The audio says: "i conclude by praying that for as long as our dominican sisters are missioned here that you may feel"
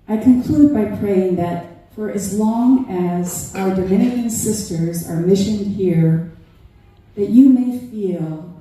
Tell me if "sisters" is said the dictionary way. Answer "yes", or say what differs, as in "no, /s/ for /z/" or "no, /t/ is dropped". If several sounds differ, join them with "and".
yes